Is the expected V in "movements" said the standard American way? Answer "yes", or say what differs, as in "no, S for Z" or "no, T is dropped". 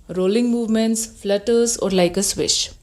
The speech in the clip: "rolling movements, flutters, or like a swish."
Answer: yes